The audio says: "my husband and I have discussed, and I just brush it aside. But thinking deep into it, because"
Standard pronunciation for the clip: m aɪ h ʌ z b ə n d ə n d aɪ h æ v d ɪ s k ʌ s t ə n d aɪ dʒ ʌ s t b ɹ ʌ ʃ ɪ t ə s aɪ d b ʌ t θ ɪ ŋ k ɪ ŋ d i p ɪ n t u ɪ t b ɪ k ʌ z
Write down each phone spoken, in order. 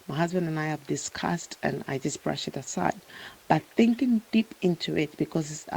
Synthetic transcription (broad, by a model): m aɪ h ʌ z b ə n d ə n aɪ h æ v d ɪ s k ʌ s t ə n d aɪ dʒ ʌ s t b ɹ ʌ ʃ ɪ t ə s aɪ d b ʌ t θ ɪ ŋ k ɪ ŋ d i p ɪ n t u ɪ t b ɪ k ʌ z